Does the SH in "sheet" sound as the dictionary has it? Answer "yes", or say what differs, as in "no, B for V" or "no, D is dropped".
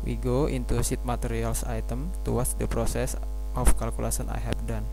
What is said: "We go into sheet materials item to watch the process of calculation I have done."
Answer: no, S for SH